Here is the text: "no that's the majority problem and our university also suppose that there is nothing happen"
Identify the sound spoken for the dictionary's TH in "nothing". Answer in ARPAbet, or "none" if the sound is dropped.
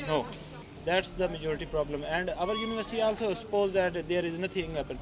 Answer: T